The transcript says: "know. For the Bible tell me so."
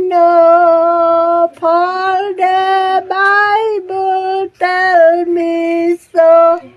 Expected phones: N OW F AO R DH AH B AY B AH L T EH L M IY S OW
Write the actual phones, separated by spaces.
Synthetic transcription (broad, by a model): N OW P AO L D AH B AY B AH L T EH L M IY S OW